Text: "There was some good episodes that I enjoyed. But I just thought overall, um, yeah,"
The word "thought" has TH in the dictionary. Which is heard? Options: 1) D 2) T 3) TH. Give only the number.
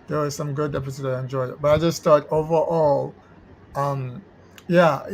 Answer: 2